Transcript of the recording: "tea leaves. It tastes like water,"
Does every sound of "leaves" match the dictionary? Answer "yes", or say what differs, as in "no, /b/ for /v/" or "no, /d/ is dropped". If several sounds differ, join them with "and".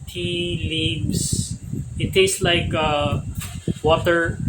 no, /s/ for /z/